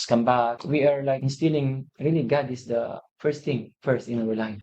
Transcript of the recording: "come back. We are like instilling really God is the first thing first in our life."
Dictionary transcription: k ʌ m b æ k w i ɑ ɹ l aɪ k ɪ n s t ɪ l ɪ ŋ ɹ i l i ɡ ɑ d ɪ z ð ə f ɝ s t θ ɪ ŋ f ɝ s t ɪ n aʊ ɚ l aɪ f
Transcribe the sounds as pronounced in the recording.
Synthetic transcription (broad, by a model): k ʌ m b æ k w i ɑ ɹ l aɪ k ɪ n s t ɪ l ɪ ŋ ɹ i l i ɡ ɑ d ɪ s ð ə f ɝ s t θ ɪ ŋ f ɝ s t ɪ n aʊ ɚ l aɪ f